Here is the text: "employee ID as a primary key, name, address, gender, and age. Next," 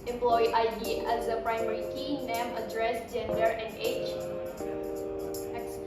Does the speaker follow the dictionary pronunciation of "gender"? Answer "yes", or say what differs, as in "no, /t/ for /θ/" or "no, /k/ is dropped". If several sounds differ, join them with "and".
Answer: yes